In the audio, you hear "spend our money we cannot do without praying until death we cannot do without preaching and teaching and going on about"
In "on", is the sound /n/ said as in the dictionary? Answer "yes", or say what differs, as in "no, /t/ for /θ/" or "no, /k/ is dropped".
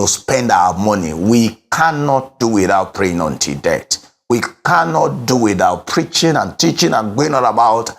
no, /l/ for /n/